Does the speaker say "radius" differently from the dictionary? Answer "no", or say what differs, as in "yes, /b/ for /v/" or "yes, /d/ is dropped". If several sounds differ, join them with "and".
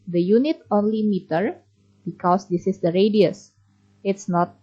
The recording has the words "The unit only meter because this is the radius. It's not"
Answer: no